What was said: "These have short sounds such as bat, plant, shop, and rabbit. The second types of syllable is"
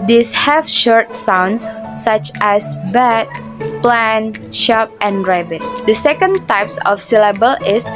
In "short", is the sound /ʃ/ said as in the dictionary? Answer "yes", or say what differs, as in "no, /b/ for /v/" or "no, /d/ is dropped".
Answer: yes